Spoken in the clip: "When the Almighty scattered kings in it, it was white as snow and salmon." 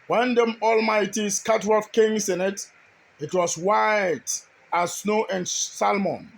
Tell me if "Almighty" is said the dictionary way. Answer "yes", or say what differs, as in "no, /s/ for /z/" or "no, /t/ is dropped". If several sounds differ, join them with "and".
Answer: yes